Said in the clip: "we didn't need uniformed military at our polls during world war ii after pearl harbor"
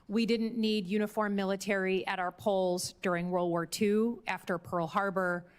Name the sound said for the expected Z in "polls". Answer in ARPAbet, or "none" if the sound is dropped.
Z